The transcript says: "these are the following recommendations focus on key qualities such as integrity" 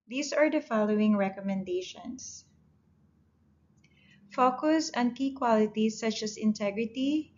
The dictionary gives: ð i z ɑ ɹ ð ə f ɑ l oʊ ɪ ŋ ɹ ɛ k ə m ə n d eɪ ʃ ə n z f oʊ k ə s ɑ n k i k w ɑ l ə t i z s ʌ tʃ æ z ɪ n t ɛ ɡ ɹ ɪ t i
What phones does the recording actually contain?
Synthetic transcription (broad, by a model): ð i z ɑ ɹ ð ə f ɑ l oʊ ɪ ŋ ɹ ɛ k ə m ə n d eɪ ʃ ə n s f oʊ k ə s ɑ n k i k w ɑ l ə t i s ʌ tʃ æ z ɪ n t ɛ ɡ ɹ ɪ t i